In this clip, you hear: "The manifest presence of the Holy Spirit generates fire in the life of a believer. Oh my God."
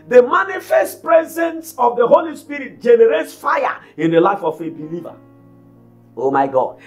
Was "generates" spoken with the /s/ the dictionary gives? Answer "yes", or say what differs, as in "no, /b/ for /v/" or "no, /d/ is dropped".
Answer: yes